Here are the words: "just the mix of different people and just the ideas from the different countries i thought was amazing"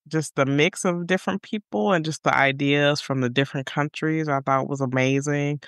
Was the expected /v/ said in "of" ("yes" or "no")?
yes